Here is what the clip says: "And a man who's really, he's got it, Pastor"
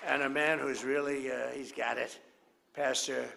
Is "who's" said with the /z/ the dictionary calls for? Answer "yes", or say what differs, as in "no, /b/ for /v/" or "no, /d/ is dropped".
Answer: yes